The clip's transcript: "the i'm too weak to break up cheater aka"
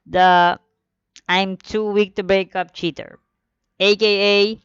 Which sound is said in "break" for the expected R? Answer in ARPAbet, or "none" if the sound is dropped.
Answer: R